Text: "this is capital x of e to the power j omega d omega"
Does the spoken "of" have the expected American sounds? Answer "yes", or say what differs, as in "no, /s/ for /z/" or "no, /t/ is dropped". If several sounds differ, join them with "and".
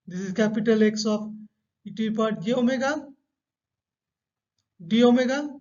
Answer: no, /p/ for /v/